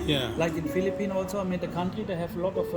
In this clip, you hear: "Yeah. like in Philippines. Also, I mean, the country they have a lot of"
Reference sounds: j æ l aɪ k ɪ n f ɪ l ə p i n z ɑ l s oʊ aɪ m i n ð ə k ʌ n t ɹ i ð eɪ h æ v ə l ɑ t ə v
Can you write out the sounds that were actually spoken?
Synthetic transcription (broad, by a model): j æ l aɪ k ɪ n f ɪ l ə p i n ɑ l s oʊ aɪ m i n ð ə k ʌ n t ɹ i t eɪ h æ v ə l ɑ t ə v